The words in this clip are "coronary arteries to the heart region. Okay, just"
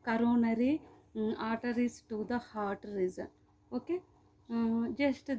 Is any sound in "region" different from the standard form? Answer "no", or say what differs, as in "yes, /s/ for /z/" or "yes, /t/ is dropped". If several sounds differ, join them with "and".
yes, /z/ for /dʒ/